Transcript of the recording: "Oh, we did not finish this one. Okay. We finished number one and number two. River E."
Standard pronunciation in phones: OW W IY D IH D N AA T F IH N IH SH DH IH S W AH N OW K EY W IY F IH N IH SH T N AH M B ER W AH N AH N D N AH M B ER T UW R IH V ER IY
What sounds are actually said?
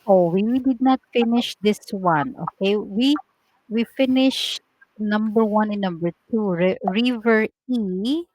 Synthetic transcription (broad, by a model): OW W IY D IH D N AA T F IH N IH SH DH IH S W AH N OW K EY W IY F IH N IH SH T N AH M B ER W AH N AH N N AH M B ER T UW R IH V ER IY